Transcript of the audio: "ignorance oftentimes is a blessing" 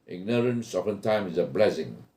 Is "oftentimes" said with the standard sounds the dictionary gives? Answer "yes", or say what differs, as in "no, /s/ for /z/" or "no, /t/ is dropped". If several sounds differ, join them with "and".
no, /z/ is dropped